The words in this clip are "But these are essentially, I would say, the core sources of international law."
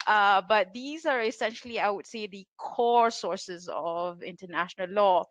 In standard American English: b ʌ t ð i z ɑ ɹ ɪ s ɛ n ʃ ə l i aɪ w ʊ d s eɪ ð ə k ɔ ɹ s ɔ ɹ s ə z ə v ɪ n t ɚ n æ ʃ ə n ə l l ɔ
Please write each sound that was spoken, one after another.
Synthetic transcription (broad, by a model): b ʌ t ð i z ɑ ɹ ɪ s ɛ n ʃ ə l i aɪ w ʊ d s eɪ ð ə k ɔ ɹ s ɔ ɹ s ə z ə v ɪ n t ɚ n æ ʃ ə n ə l l ɔ